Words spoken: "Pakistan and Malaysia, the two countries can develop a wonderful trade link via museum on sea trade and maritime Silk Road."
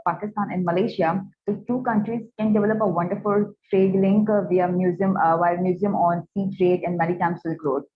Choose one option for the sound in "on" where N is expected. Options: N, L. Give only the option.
N